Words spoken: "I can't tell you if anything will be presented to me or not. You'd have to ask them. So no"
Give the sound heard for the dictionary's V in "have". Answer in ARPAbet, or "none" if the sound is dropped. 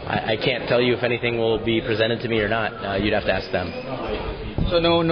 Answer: F